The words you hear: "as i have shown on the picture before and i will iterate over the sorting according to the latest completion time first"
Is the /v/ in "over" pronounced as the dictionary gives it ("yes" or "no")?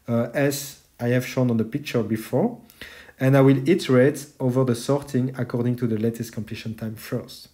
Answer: yes